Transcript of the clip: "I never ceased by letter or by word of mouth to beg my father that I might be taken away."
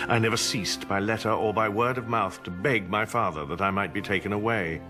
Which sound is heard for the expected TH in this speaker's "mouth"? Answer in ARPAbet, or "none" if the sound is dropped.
TH